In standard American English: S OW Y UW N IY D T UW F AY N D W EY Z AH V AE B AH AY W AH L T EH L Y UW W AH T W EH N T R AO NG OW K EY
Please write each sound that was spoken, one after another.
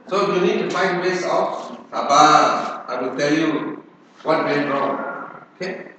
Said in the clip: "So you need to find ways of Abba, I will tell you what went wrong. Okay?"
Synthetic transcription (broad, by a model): S OW Y UW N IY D T UW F AY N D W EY S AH F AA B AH AY W AH L T EH L Y UW W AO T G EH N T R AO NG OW K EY